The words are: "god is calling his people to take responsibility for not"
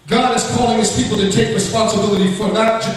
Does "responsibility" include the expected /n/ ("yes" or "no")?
yes